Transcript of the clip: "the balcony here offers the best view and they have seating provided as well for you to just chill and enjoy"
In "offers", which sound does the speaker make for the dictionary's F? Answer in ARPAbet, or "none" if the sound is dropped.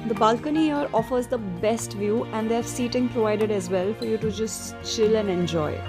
F